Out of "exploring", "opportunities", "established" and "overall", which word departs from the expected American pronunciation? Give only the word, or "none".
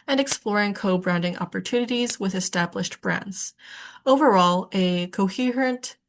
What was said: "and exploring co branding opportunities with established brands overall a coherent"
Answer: none